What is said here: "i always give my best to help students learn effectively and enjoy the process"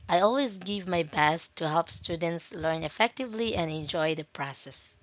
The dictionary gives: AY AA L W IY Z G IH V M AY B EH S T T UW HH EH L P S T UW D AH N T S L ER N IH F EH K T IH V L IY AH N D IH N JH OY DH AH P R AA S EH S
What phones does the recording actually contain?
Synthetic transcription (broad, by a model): AY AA L W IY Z G IH V M AY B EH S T T UW HH EH L P S T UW D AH N T S L ER N IH F EH K T IH V L IY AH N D IH N JH OY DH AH P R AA S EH S